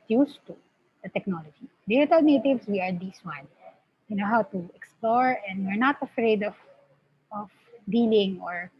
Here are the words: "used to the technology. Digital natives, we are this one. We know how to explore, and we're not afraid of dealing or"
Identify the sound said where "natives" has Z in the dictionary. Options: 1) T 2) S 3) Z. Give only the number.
2